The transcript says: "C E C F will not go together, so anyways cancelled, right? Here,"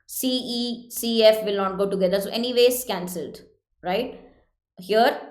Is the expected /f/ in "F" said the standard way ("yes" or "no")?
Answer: yes